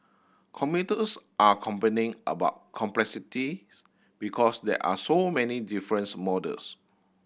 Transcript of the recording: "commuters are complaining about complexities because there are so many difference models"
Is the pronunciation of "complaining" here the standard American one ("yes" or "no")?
no